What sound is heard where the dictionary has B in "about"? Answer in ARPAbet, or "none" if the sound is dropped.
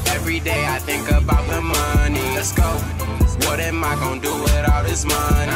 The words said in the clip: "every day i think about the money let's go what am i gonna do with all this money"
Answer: B